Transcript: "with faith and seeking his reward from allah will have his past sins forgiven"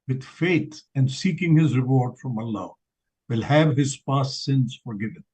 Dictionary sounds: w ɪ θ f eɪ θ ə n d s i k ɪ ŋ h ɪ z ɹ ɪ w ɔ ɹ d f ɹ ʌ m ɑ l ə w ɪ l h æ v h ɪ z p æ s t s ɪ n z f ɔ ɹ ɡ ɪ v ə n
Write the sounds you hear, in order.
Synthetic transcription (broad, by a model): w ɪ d f eɪ t ə n d s i k ɪ ŋ h ɪ z ɹ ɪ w ɔ ɹ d f ɹ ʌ m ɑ l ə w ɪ l h æ v h ɪ z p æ s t s ɪ n z f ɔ ɹ ɡ ɪ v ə n